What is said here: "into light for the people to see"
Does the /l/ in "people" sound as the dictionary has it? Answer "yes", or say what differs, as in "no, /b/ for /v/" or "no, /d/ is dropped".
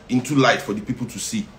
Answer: yes